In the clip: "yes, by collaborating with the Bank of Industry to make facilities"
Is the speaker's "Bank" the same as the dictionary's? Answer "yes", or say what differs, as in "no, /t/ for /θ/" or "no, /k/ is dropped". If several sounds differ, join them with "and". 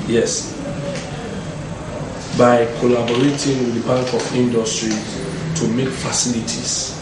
no, /ŋ/ is dropped